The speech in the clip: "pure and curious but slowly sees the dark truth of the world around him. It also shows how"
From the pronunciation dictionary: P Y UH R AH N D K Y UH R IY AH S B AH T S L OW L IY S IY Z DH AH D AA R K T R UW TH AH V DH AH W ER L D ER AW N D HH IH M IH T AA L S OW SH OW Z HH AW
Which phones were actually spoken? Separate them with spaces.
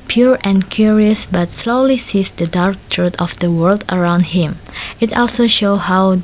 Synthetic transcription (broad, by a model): P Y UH R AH N K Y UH R IY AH S B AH T S L OW L IY S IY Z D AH D AA R K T R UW T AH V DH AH W ER L D ER AW N D HH IH M IH T AA L S OW SH OW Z HH AW